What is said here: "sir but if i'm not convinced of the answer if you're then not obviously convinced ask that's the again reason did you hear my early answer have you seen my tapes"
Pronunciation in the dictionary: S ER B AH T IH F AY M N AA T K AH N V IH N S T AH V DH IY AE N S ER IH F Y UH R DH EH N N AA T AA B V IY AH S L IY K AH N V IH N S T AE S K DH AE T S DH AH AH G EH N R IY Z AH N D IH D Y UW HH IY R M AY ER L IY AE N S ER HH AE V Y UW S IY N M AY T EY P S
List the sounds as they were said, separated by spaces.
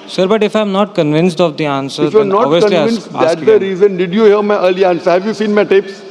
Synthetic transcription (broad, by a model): S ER B AH T IH F AY M N AA T K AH N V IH N S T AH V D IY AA N S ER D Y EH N N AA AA V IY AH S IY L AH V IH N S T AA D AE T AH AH R IY Z AH N D IH D Y UW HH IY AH M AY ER L IY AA N S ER HH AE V Y UW S IY N M AY T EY P S